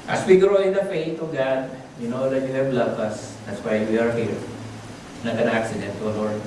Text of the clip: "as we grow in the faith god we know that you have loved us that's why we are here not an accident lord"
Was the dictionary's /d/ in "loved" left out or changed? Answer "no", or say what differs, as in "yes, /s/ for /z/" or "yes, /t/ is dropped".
yes, /d/ is dropped